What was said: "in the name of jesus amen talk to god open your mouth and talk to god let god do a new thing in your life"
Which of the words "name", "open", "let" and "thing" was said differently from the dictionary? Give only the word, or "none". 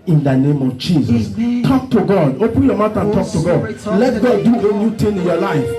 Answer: thing